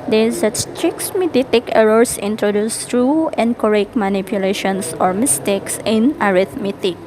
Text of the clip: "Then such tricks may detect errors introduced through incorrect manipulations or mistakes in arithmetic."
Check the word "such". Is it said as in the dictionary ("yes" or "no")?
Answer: no